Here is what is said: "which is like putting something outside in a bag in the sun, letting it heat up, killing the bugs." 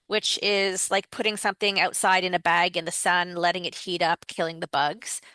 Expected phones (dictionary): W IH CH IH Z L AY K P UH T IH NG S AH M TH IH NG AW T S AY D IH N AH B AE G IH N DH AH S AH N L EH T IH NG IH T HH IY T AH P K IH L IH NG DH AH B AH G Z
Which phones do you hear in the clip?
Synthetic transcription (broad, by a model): W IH CH IH Z L AY K P UH T IH NG S AH M TH IH NG AW T S AY D IH N AH B AE G IH N DH AH S AH N L EH T IH NG IH T HH IY T AH P K IH L IH NG DH AH B AH G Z